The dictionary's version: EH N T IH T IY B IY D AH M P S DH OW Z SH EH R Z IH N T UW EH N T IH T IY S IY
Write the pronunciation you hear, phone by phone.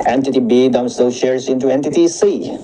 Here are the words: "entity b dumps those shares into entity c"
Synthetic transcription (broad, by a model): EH N T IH T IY B IY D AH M S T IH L SH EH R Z IH N T UW EH N T IH T IY S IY